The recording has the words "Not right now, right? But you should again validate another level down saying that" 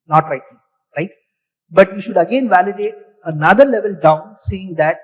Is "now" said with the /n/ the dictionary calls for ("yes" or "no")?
no